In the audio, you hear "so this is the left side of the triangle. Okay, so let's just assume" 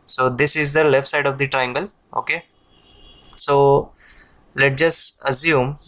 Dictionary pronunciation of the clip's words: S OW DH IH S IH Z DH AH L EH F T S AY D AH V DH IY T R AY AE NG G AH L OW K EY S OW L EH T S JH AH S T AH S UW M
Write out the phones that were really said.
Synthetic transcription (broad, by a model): S OW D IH S IH Z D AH L EH F T S AY D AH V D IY T R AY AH NG G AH L OW K EY S OW L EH T JH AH S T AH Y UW M